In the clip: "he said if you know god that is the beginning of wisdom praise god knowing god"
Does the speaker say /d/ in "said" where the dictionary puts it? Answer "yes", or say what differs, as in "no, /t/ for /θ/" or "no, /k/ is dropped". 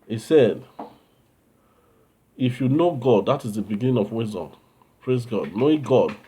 yes